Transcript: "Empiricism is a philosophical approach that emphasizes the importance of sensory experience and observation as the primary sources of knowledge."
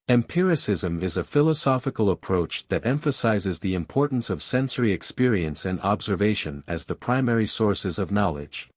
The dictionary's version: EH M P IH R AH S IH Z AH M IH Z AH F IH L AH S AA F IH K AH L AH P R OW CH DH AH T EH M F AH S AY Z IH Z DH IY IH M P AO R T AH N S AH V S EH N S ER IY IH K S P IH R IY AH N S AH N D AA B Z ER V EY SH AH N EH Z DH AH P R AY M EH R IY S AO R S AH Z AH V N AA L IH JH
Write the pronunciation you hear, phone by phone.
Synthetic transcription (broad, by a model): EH M P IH R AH S IH Z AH M IH Z AH F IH L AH S AA F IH K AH L AH P R OW CH DH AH T EH M F AH S AY Z IH Z DH IY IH M P AO R T N S AH V S EH N S ER IY IH K S P IH R IY AH N S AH N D AA B Z ER V EY SH AH N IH Z DH AH P R AY M EH R IY S AO R S AH Z AH V N AA L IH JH